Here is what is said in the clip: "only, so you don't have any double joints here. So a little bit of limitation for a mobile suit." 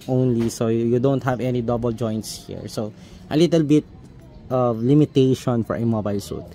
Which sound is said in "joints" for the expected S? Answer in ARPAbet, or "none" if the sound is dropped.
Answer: S